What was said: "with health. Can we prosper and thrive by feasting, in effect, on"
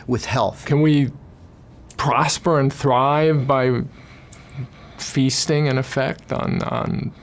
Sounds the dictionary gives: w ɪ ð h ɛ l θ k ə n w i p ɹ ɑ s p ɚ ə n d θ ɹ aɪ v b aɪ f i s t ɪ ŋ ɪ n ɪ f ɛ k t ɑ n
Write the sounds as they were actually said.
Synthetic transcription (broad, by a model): w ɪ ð h ɛ l θ k ə n w i p ɹ ɑ s p ɚ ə n θ ɹ aɪ v b aɪ f i s t ɪ ŋ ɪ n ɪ f ɛ k t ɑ n